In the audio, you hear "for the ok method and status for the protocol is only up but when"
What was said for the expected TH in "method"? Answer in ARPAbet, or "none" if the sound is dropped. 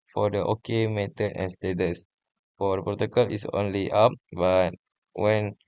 T